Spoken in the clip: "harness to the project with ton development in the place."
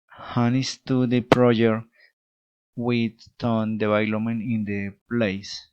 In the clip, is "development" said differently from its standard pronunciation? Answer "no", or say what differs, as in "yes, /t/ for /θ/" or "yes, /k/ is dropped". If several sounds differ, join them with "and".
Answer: yes, /b/ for /v/ and /p/ is dropped and /t/ is dropped